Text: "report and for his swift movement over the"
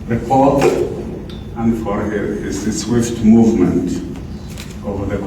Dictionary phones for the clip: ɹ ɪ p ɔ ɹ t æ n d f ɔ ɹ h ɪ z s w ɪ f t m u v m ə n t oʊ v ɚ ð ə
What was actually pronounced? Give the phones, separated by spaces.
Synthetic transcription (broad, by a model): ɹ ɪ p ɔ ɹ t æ n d f ɔ ɹ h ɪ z s w ɪ f t m u v m ə n t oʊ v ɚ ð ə